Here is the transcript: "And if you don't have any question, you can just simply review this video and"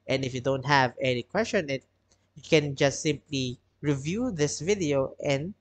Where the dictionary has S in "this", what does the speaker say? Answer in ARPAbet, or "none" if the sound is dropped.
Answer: S